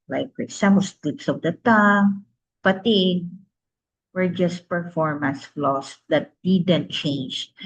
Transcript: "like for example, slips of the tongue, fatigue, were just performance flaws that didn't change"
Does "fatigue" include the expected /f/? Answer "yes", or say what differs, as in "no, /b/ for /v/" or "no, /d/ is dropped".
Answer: no, /p/ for /f/